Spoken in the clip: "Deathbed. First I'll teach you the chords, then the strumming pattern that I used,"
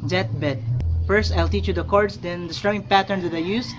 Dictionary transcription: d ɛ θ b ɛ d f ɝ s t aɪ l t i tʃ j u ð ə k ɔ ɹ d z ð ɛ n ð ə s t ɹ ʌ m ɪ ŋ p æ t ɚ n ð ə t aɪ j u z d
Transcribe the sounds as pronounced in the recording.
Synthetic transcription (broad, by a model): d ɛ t b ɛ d f ɝ s t aɪ l t i tʃ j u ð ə k ɔ ɹ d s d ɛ n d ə s t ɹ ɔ ɪ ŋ p æ t ɚ n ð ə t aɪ j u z